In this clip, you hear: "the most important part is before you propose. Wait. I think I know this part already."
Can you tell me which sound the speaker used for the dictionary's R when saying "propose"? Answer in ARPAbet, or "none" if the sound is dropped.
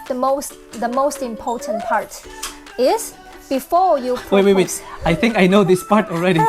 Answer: W